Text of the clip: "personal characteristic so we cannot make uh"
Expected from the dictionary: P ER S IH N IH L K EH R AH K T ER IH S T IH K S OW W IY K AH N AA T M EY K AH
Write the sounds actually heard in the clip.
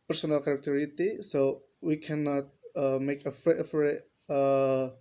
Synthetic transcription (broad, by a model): P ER S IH N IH L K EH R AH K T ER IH T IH S OW W IY K AH N AA T M EY K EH